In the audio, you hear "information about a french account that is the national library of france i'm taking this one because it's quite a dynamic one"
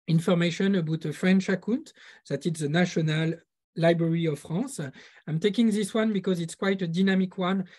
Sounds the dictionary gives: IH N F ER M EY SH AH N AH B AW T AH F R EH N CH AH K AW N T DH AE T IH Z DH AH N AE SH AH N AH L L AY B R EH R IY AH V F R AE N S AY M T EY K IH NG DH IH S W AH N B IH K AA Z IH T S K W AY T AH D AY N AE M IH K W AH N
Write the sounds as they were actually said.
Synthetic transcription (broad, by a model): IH N F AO M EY SH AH N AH B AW T AH F R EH N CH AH K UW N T DH AE T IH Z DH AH N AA SH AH N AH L L AY B R EH R IY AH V F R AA S AY M T EY K IH NG DH IH S W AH N B IH K AA Z IH T S K W AY T AH D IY N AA M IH K W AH N